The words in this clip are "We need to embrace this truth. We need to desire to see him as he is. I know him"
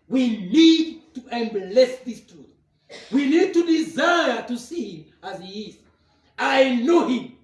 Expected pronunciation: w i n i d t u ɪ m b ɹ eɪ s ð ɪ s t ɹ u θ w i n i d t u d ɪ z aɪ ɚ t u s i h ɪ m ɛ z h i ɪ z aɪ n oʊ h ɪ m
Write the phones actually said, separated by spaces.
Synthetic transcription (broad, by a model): w i n i d t u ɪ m b l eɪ s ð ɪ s t ɹ u θ w i n i d t u d ɪ z aɪ ɚ t u s i h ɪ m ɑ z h i ɪ z aɪ n oʊ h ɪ m